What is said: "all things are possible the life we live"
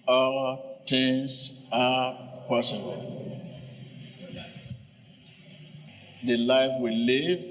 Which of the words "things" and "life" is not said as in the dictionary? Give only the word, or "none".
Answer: things